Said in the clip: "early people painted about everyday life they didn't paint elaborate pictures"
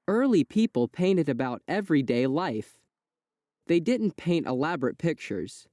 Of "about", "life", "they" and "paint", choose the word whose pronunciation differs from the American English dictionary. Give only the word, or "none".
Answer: none